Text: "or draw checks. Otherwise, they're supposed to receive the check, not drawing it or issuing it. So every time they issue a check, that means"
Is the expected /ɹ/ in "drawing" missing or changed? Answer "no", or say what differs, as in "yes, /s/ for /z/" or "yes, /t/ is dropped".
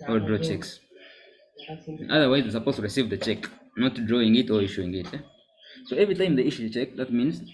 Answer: no